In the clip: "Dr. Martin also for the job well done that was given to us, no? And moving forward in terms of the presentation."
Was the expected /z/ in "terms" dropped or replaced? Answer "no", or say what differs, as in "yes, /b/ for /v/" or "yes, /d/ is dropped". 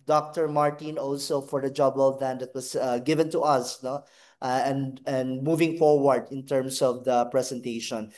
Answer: yes, /s/ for /z/